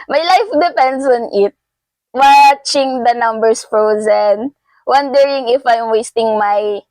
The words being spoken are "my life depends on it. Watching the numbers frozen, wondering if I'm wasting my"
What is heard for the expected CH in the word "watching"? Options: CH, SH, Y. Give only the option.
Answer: CH